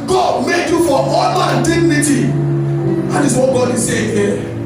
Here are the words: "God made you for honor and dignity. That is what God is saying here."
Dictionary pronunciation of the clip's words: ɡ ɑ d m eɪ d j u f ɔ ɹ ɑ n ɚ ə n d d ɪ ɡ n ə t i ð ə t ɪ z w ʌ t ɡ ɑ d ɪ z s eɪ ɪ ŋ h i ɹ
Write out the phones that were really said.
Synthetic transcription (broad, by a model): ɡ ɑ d m eɪ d j u f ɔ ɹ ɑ l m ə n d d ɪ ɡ n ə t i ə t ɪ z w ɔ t ɡ ɑ d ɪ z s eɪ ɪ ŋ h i